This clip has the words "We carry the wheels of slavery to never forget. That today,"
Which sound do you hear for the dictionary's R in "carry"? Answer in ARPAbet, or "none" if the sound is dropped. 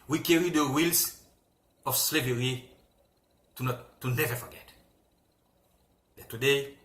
R